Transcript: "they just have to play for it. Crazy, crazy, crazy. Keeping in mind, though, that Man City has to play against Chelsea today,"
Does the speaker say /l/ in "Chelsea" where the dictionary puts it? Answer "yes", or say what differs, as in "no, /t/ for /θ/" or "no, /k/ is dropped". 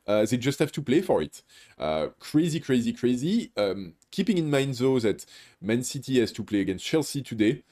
yes